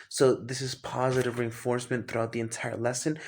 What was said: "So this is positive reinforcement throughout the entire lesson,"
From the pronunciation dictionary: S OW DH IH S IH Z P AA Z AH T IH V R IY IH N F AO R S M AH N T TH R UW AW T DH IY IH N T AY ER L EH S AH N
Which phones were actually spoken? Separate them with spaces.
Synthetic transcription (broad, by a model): S OW DH IH S IH Z P AA Z AH T IH V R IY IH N F AO R S M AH N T TH R UW AW T DH IY IH N T AY ER L EH S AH N